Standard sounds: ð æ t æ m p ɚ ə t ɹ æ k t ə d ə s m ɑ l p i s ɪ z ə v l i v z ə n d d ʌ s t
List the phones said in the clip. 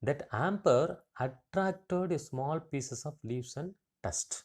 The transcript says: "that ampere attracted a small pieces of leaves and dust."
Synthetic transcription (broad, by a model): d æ t æ m p ɚ ə t ɹ æ k t ə d s m ɑ l p i s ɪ s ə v l i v s ə n d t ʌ s t